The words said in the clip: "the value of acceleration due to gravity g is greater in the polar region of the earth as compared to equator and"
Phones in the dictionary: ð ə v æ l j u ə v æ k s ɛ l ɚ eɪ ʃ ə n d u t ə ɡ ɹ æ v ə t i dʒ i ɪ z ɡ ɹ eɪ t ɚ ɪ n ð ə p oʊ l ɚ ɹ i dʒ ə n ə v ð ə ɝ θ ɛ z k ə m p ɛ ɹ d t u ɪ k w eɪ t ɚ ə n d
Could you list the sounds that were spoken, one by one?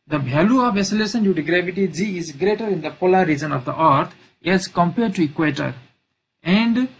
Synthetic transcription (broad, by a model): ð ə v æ l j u ə v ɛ s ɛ l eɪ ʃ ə n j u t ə ɡ ɹ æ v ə t i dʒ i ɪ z ɡ ɹ eɪ t ɚ ɪ n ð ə p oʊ l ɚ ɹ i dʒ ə n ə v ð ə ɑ t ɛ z k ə m p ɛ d t u ɪ k w eɪ t ɚ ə n d